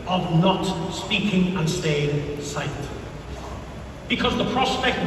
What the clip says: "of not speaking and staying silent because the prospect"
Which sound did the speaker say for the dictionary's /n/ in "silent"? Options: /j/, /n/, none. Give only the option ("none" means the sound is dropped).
none